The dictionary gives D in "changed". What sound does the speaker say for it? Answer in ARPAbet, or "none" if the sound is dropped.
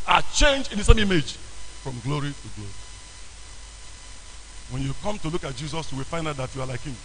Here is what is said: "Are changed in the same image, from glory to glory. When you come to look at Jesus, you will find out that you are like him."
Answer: none